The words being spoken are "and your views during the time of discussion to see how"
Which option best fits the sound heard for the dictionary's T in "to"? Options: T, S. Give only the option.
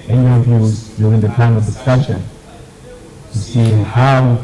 S